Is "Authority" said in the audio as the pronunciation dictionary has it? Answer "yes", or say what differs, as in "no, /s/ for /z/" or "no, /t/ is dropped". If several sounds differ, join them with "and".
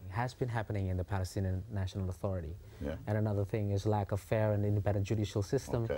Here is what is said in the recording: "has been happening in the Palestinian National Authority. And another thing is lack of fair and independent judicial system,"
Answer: yes